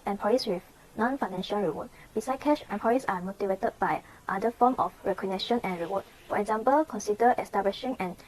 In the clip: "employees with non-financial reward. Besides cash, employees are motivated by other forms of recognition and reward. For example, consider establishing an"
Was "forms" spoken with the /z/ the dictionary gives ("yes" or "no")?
no